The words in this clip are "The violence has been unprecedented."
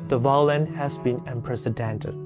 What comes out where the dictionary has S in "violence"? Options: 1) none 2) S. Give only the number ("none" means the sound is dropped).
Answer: 1